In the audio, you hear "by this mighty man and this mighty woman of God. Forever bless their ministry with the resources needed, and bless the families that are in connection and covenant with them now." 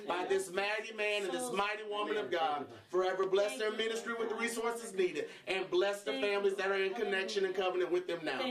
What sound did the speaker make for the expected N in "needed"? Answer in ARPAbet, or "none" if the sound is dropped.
N